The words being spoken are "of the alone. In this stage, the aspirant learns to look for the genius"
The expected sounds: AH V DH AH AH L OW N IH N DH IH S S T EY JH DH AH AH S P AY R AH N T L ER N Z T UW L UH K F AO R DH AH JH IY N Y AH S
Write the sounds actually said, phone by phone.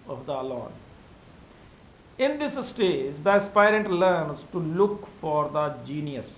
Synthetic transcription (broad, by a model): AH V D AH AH L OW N IH N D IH S S T EY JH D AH AH S P AY R AH N T L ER N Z T UW L UH K F AO R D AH JH IY N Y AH S